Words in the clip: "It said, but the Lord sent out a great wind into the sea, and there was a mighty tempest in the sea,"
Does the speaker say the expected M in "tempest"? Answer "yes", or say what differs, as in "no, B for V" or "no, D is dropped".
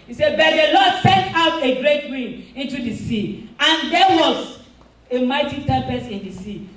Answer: no, M is dropped